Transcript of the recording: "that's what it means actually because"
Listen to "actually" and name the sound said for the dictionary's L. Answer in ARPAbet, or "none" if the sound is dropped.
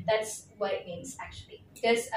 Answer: none